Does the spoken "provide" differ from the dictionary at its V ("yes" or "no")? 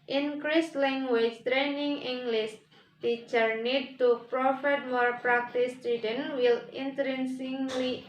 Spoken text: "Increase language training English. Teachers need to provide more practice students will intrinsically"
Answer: yes